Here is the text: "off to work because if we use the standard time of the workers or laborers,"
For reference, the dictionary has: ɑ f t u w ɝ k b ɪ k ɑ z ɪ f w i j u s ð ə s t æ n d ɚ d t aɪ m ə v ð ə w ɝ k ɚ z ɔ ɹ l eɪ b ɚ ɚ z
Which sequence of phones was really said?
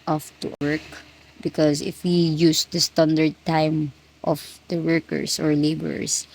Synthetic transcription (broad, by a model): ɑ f t u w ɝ k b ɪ k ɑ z ɪ f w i j u s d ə s t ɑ n d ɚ d t aɪ m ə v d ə w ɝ k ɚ s ɔ ɹ l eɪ b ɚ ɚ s